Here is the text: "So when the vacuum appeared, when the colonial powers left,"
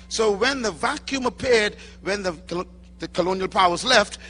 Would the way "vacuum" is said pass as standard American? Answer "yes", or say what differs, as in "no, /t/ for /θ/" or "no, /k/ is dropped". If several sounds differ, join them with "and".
yes